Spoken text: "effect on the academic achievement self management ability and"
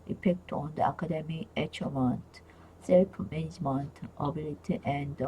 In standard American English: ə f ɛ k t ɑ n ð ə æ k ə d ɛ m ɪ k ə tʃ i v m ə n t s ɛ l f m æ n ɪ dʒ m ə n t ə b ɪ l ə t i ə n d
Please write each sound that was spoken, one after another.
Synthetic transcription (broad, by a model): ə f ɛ k t ɑ n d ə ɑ k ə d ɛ m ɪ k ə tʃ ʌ m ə n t s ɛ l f m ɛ n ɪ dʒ m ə n t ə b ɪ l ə t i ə n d